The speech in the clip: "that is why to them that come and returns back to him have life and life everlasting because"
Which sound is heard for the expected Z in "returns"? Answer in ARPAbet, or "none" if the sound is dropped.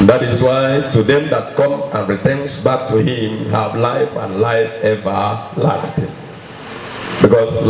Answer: S